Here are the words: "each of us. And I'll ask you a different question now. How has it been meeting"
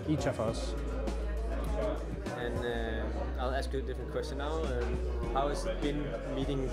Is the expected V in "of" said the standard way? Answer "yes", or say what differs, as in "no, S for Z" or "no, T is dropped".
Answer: no, F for V